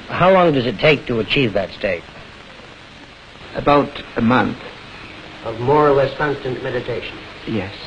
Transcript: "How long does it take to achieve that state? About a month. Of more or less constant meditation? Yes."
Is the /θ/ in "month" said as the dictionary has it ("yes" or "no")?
yes